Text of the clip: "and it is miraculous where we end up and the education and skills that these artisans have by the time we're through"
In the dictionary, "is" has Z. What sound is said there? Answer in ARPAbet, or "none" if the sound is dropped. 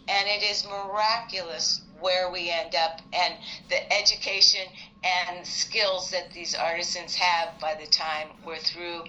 Z